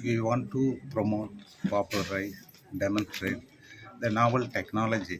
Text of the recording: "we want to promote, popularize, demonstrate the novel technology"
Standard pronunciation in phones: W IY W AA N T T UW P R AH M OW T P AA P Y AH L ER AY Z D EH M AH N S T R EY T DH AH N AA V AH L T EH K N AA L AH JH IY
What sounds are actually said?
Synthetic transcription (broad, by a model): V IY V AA N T T UW P R AH M OW T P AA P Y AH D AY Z D EH M AH N S T R EY T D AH N AA V AH L T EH K N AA L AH JH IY